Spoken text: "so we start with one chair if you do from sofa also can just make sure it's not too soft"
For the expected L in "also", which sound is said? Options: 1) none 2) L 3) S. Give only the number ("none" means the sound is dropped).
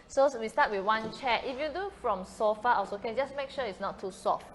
1